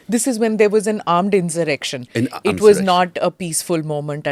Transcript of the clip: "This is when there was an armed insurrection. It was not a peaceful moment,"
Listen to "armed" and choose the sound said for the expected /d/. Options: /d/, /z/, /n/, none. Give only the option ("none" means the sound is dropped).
/d/